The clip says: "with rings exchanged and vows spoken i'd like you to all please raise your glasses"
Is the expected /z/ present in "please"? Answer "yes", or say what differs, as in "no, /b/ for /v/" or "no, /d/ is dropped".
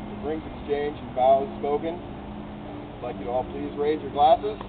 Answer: yes